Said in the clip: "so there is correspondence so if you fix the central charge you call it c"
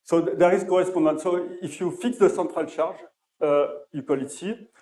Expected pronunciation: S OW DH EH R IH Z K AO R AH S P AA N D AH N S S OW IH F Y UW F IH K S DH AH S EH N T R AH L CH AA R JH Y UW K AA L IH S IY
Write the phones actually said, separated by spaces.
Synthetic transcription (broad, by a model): S OW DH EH R IH Z K AO R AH S P AA D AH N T S OW IH F Y UW F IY K S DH AH S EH T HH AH L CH AA R ZH Y UW K AA L IH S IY